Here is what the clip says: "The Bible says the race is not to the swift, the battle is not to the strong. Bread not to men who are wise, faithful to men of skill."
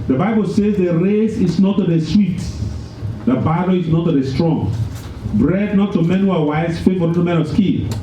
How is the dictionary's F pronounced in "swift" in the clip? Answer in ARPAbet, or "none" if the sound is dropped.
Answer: none